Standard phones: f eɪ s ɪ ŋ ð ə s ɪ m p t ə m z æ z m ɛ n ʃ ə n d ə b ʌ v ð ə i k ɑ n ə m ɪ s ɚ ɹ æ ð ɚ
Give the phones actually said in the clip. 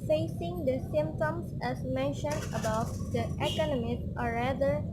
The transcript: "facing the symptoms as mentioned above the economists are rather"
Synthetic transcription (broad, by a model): f eɪ s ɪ ŋ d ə s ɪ m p t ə m s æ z m ɛ n ʃ ə n d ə b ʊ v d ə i k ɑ n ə m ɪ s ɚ ɹ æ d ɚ